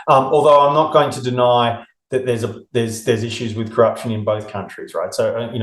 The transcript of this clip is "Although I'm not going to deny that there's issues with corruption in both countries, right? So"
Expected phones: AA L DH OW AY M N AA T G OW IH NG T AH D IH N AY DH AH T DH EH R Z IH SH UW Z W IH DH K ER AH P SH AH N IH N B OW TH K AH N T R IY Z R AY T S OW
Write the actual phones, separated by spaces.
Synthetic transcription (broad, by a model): AA L DH OW AY M N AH T G OW IH NG T AH D IH N AY DH AH T DH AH R Z IH SH UW Z W IH DH K ER AH P SH AH N IH N B OW TH K AH N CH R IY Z R AY T S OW